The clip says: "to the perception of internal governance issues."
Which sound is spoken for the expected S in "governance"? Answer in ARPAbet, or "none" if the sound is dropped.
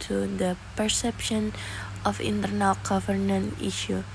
none